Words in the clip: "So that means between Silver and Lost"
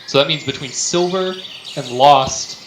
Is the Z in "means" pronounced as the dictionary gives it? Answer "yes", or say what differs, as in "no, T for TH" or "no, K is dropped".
yes